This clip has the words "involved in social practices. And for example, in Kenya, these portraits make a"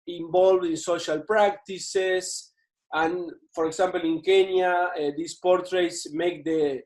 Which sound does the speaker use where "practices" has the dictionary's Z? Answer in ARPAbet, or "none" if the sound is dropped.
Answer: S